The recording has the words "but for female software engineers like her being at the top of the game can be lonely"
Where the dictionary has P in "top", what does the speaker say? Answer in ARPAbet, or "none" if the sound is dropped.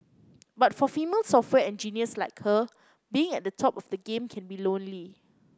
P